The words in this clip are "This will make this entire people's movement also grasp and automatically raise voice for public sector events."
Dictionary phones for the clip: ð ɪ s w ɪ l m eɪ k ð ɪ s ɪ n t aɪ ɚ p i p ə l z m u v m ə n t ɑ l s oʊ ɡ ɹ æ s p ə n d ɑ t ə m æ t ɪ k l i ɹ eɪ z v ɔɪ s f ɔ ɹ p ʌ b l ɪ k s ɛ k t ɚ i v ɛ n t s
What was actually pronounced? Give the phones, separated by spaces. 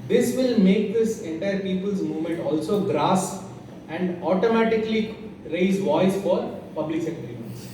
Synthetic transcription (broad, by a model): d ɪ s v ɪ l m eɪ k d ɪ s ɪ n t aɪ ɚ p i p ə l z m u v m ə n t ɑ l s oʊ ɡ ɹ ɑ s ə n d ɑ t ə m æ t ɪ k l i ɹ eɪ z v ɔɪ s f ɔ ɹ p ʌ b l ɪ k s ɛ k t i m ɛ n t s